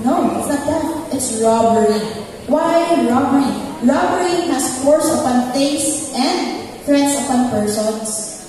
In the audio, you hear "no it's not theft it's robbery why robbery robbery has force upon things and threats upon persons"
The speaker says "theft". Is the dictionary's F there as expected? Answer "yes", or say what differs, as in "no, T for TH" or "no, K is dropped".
no, F is dropped